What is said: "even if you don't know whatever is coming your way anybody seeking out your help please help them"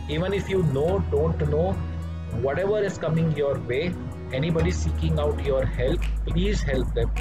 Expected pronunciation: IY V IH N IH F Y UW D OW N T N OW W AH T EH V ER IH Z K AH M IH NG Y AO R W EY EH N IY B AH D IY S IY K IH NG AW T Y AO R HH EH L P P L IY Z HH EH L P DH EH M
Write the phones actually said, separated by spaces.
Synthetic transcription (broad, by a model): IY V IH N IH F Y UW D OW N T N OW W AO T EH V ER IH Z K AH M IH NG Y AO R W EY EH N IY B AH D IY S IY K IH NG AW T Y AO R HH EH L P P L IY Z HH EH L P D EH M